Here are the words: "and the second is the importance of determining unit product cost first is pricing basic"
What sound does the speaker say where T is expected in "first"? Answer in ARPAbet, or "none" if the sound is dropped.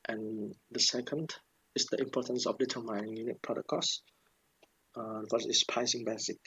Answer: none